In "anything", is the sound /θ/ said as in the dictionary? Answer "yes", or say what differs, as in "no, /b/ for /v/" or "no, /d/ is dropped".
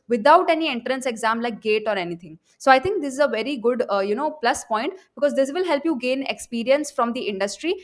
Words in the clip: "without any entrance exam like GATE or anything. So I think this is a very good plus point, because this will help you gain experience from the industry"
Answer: no, /t/ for /θ/